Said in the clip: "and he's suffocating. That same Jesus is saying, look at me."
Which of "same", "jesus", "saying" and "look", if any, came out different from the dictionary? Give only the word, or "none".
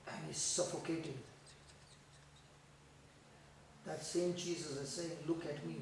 jesus